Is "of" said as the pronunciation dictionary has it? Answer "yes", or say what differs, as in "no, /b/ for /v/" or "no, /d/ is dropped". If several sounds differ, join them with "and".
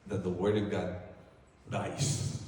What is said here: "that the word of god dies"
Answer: yes